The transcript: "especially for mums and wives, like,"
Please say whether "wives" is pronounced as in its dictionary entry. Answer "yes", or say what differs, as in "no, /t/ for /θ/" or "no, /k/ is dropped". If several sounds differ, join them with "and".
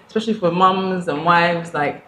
yes